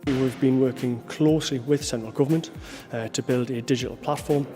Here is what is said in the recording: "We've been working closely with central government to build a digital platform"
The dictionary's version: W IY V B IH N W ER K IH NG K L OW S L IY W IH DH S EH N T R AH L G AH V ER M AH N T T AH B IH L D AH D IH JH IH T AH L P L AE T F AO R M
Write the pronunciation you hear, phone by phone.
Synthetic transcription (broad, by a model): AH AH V B IH N W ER K IH NG K L OW S L IY W IH DH S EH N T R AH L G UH V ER M AH N T T AH B IH L D AH D IH JH IH T AH L P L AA T F AO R M